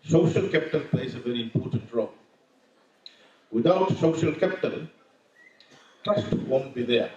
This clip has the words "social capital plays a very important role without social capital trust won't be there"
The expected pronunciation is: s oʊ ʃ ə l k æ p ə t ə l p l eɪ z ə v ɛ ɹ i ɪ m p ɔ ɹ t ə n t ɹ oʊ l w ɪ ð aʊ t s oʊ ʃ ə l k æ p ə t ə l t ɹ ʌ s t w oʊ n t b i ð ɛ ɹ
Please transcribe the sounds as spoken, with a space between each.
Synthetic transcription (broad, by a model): s oʊ ʃ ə l k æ p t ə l p l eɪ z ə v ɛ ɹ i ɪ m p ɔ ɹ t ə n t ɹ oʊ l w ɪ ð aʊ t s oʊ ʃ ə l k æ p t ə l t ʌ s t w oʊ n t b i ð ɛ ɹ